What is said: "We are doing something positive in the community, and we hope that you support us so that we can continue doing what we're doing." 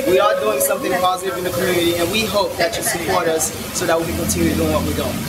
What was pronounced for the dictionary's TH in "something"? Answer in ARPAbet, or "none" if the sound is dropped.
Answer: TH